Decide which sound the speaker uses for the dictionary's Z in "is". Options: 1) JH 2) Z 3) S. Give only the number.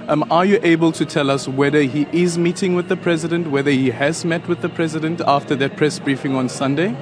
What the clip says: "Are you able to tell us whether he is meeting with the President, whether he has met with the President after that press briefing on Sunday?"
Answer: 2